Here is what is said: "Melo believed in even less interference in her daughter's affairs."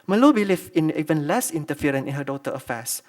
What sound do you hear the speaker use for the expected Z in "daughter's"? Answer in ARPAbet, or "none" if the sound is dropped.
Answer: none